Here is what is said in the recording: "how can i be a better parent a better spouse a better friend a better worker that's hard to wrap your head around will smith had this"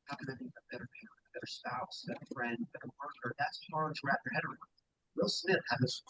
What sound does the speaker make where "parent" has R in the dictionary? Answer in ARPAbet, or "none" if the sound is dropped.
none